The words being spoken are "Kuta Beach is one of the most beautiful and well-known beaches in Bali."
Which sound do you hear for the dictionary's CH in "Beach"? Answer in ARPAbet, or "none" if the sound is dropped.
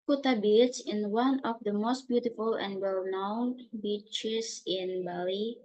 S